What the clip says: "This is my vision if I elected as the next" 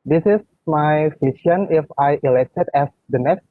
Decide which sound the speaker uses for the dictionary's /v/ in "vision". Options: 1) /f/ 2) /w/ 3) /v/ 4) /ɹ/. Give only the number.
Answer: 1